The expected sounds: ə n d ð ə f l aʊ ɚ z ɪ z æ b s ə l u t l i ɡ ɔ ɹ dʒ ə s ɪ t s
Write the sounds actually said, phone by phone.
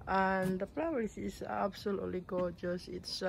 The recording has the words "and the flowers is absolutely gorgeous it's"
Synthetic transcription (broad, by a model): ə n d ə p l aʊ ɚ s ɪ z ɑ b s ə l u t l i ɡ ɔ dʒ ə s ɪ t s